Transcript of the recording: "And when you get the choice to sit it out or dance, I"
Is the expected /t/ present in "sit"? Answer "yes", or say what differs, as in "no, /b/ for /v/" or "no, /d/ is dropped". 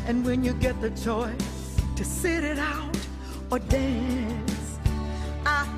yes